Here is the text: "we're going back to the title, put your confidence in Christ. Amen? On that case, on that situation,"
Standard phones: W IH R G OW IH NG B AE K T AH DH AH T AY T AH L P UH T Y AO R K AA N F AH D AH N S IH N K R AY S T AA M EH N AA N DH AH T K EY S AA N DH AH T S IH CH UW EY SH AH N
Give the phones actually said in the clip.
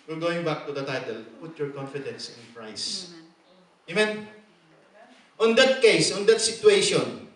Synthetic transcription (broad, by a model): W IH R G OW IH NG B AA K T AH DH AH T AY T AH L P UH T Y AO R K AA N F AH D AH N S IH N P R AY S AA M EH N AA N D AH T K EY S AA N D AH T S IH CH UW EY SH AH N